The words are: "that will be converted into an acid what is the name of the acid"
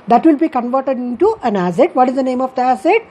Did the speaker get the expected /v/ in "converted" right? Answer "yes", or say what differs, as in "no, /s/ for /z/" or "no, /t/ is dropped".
yes